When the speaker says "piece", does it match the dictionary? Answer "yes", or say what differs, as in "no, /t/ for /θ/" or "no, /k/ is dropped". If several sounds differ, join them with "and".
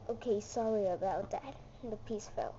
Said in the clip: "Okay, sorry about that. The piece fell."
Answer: yes